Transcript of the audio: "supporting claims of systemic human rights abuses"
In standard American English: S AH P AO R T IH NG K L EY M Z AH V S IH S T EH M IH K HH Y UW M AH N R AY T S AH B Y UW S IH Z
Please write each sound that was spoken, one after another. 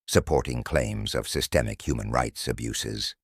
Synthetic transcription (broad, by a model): S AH P AO R T IH NG K L EY M Z AH V S IH S T EH M IH K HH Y UW M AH N R AY T S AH B Y UW S IH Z